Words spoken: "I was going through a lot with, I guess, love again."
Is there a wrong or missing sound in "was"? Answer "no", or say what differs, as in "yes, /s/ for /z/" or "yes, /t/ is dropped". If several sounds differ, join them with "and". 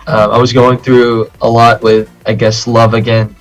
no